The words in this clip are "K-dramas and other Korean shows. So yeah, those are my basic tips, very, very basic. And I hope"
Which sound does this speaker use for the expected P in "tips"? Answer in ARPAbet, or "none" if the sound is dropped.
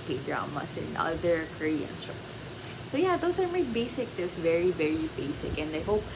none